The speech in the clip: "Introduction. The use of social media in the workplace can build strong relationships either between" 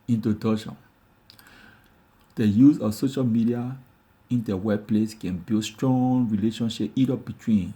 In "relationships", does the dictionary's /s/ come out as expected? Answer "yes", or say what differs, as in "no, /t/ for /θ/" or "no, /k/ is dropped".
no, /s/ is dropped